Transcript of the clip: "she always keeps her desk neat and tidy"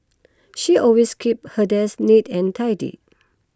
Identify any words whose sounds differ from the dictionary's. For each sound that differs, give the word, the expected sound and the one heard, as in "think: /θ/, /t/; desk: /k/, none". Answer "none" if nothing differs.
always: /z/, /s/; keeps: /s/, none